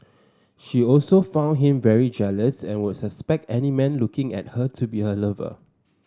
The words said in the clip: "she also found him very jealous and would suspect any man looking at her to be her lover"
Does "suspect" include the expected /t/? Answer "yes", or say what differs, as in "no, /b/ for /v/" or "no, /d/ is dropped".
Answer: yes